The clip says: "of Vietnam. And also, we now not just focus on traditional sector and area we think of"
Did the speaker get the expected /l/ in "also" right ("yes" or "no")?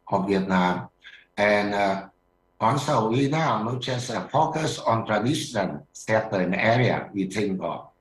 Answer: no